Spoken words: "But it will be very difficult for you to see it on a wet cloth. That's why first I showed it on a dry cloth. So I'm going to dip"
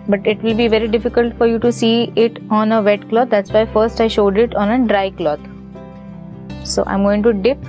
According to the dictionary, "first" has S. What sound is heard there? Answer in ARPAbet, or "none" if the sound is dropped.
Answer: S